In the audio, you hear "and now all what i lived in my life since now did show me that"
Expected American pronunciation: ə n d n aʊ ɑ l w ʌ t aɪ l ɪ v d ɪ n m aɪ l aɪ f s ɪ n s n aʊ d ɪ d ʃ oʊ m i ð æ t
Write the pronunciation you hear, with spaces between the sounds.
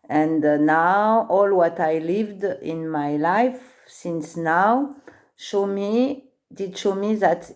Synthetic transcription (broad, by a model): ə n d n aʊ ɑ l w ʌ t aɪ l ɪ v d ɪ n m aɪ l aɪ f s ɪ n s n aʊ d ɪ d ʃ oʊ m i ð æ t